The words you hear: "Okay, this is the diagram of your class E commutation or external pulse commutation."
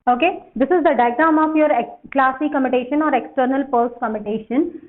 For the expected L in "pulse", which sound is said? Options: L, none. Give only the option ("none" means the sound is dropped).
none